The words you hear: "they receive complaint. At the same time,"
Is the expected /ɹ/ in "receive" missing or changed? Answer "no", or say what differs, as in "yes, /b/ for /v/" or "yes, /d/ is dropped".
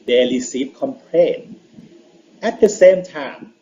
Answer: yes, /l/ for /ɹ/